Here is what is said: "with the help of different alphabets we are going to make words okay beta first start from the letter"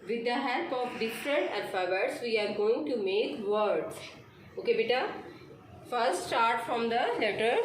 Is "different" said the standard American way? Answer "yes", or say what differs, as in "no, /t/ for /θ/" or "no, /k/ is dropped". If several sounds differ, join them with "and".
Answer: no, /n/ is dropped